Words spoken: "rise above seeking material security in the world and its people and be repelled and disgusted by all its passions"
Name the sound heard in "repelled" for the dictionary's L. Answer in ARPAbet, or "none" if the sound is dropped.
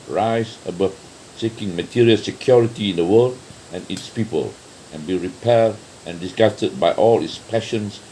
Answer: none